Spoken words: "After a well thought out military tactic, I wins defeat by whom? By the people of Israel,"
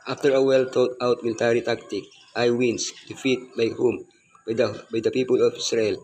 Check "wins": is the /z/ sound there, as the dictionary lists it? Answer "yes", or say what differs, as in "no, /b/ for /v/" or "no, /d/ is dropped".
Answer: no, /s/ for /z/